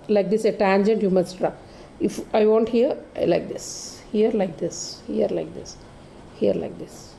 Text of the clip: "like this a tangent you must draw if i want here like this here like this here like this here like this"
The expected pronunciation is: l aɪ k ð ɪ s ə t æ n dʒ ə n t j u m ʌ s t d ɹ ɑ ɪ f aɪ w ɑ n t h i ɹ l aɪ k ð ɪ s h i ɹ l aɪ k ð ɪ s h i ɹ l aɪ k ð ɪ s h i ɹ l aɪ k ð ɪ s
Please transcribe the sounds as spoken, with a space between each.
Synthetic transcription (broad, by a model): l aɪ k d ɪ s ə t æ n dʒ ə n t j u m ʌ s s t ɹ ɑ ɪ f aɪ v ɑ n t h i ɹ l aɪ k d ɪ s h i ɹ l aɪ k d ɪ s h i ɹ l aɪ k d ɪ s h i ɹ l aɪ k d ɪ s